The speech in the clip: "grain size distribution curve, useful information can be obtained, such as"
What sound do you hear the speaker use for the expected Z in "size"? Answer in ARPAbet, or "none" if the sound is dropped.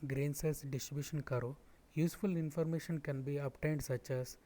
S